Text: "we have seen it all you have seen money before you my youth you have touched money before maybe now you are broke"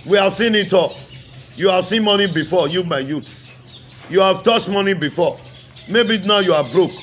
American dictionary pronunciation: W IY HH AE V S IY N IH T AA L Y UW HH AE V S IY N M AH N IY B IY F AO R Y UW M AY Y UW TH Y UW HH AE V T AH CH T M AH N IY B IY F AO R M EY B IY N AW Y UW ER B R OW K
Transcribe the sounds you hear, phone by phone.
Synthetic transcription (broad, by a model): W IY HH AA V S IY N IH T AA L Y UW HH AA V S IY N M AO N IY B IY F AO Y UW M AY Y UW T Y UW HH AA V T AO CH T M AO N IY B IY F AO M EY B IY N AW Y UW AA B R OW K